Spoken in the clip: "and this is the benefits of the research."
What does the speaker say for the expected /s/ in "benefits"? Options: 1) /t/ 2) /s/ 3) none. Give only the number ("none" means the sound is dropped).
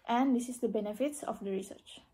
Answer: 2